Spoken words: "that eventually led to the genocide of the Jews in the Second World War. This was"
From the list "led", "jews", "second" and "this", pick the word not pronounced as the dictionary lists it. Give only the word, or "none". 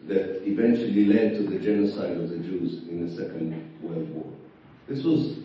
none